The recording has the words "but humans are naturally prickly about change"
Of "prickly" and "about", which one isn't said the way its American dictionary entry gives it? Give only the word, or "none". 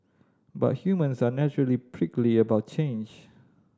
none